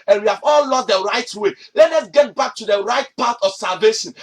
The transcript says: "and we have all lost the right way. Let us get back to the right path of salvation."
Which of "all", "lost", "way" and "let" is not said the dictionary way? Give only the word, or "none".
lost